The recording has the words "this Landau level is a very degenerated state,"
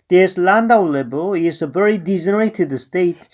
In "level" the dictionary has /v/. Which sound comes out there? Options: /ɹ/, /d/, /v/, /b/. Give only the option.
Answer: /b/